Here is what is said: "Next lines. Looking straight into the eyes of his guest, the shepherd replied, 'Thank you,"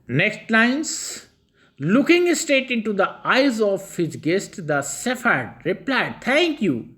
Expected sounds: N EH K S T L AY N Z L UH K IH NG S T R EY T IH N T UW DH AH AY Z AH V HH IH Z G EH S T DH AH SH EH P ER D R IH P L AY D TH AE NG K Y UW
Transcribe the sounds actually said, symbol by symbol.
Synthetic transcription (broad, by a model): N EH K S T L AY N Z L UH K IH NG S T EY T IH N T UW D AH AY Z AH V HH IH Z G EH S T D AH S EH F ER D R IH P L AY D T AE NG K Y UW